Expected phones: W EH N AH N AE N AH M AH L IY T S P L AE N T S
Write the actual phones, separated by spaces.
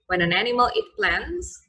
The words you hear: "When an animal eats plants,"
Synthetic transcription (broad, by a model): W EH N AH N AE N AH M AH L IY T P L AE N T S